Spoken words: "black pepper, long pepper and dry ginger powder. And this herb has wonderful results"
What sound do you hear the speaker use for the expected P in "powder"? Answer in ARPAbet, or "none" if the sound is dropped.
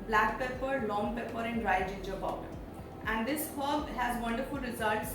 B